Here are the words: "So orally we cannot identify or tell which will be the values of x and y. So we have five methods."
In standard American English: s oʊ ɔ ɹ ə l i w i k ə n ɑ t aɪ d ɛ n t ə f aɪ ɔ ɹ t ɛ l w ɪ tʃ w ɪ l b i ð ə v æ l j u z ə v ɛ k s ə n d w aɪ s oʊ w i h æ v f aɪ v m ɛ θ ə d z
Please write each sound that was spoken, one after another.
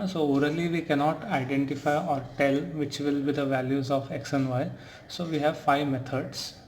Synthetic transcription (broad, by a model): s oʊ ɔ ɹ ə l i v i k ə n ɑ t aɪ d ɛ n t ə f aɪ ɔ ɹ t ɛ l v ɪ tʃ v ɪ l b i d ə v æ l j u z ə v ɛ k s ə n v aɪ s oʊ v i h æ v f aɪ v m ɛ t ə d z